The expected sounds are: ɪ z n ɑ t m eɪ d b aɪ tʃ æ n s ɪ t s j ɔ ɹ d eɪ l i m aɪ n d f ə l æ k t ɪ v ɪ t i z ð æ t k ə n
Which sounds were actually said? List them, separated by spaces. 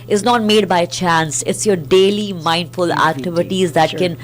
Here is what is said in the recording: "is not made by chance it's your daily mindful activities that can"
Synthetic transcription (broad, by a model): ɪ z n ɑ t m eɪ d b aɪ tʃ æ n s ɪ t s j ɔ ɹ d eɪ l i m aɪ n d f ə l æ k t ɪ v ɪ t i z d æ t k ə n